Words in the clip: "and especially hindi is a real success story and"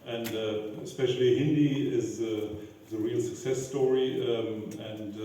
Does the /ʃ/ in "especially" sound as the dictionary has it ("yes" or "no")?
yes